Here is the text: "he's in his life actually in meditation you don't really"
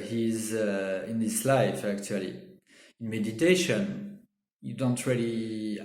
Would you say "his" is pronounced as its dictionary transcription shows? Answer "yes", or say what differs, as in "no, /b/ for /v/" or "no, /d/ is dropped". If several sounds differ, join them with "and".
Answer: no, /s/ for /z/